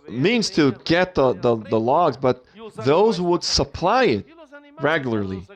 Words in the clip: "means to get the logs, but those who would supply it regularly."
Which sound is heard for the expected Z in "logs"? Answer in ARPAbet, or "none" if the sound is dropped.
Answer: Z